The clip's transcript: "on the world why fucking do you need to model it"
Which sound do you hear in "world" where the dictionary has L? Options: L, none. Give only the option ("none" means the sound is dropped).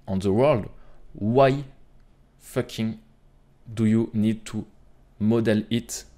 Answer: L